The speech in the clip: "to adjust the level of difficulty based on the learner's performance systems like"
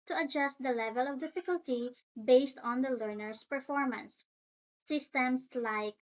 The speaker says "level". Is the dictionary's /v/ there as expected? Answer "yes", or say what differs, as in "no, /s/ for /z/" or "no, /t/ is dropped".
yes